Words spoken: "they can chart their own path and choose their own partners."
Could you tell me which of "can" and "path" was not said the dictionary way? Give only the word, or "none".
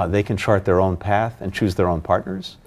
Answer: none